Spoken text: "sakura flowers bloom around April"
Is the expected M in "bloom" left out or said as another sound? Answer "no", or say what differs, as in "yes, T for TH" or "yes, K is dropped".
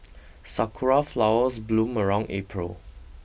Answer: no